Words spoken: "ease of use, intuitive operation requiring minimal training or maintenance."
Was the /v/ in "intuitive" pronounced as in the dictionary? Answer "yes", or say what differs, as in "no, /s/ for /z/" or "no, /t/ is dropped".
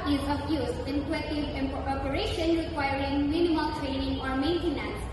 no, /p/ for /v/